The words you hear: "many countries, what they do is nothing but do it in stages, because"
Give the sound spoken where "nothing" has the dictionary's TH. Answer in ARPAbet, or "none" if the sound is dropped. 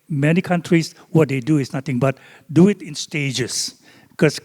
T